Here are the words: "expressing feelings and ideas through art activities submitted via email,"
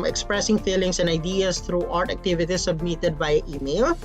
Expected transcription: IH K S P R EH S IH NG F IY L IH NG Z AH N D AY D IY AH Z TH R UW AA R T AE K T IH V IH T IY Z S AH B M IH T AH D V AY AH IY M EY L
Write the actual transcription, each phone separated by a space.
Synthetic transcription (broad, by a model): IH K S P R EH S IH NG F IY L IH NG S AH N D AY D IY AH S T R UW AA R T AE K T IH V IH T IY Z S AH B M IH T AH D B AY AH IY M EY L